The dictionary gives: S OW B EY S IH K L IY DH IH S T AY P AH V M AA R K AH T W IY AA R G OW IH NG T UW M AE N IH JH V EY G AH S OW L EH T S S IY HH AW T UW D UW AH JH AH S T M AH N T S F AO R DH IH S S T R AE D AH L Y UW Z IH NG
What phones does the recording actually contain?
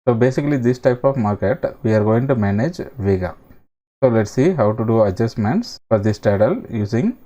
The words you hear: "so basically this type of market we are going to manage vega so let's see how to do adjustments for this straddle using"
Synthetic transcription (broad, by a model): S OW B EY S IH K L IY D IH S T AY P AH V M AA R K AH T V IY AA R G OW IH NG T UW M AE N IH JH V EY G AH S OW L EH T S S IY HH AW T UW D UW AH JH AH S T M AH N T S F AO R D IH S S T AE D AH L Y UW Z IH NG